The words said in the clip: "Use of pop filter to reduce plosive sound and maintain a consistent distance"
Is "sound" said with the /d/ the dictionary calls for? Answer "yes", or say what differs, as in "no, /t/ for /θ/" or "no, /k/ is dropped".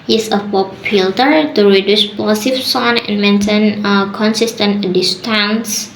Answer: no, /d/ is dropped